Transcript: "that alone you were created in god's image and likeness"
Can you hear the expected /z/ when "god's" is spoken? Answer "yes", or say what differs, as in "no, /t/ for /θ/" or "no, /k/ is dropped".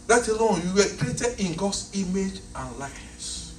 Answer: no, /s/ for /z/